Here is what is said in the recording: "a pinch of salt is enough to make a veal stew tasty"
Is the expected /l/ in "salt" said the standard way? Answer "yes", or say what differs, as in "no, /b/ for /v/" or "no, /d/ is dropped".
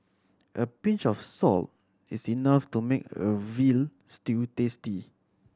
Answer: yes